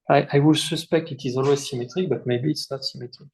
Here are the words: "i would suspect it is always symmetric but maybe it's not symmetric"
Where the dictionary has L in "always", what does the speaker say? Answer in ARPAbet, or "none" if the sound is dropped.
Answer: L